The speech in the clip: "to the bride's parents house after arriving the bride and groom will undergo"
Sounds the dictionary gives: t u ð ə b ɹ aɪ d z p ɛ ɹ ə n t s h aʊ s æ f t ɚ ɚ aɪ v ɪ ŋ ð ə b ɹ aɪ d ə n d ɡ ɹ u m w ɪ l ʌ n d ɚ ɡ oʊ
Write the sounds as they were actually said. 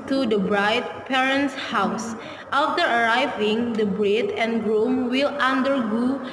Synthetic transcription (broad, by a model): t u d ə b ɹ aɪ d p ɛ ɹ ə n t s h aʊ s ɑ f t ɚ ɚ aɪ v ɪ ŋ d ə b ɹ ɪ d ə n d ɡ ɹ u m w ɪ l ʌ n d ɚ ɡ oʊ